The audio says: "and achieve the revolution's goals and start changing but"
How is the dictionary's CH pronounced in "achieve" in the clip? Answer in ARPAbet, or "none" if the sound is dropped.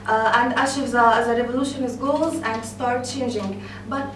SH